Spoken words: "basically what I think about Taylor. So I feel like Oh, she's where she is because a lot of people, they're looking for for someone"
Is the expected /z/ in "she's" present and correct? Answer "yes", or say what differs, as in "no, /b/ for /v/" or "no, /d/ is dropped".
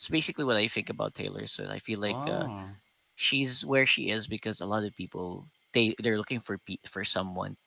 yes